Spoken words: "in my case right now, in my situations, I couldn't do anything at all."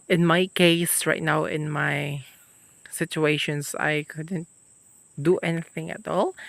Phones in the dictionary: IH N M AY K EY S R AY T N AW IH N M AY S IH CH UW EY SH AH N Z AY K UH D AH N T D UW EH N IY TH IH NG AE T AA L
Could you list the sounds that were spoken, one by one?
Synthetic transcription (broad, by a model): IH N M AY K EY S R AY T N AW IH N M AY S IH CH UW EY SH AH N S AY K UH D AH N T D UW EH N IY TH IH NG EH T AA L